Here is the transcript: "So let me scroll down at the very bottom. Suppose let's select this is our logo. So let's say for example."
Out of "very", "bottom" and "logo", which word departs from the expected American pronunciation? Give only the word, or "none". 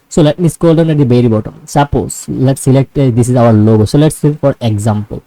very